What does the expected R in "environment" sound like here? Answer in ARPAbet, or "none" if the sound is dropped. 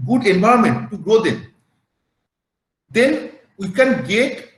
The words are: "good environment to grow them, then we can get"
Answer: none